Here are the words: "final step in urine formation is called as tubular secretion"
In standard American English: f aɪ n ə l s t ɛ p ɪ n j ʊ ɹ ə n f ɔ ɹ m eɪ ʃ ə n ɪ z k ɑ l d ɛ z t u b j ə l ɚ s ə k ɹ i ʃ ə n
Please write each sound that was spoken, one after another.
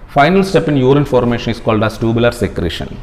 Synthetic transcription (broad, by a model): f aɪ n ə l s t ɛ p ɪ n j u ɹ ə n f ɔ ɹ m eɪ ʃ ə n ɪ s k ɑ l d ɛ s t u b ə l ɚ s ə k ɹ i ʃ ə n